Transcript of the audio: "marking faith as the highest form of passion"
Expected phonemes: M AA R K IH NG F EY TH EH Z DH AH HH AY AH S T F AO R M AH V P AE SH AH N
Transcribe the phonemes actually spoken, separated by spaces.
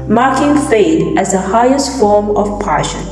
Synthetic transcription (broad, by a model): M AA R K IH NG F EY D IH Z DH AH HH AY AH S T F AO R M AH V P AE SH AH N